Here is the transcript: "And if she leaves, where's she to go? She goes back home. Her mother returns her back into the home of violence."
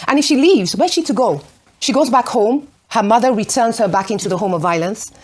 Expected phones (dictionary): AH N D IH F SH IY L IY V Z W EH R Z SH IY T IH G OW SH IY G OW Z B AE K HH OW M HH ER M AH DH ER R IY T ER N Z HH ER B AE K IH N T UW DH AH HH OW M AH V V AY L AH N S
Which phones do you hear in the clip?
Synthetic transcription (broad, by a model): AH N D IH F SH IY L IY V Z W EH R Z SH IY T IH G OW SH IY G OW Z B AE K HH OW M HH ER M AH DH ER R IY T ER N Z HH ER B AE K IH N T UW DH AH HH OW M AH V V AY L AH N S